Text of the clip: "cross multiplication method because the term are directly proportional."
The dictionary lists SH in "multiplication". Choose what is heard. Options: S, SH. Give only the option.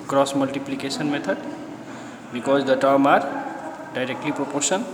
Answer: S